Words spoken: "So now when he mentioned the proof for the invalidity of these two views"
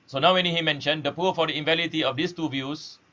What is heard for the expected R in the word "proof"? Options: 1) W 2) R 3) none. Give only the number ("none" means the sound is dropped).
3